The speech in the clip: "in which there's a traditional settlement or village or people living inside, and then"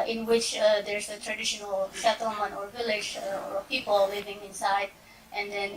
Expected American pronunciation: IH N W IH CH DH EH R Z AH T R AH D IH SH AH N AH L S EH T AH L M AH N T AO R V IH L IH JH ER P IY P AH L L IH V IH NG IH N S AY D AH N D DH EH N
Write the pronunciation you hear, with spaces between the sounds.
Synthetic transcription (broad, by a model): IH N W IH CH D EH R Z AH T R AH D IH SH AH N AH L SH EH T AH M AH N AO R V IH L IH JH P IY P AH L L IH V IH NG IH N S AY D AH N D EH N